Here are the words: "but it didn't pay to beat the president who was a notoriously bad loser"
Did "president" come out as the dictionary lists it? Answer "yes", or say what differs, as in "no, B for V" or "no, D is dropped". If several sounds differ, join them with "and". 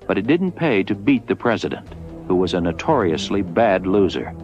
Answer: yes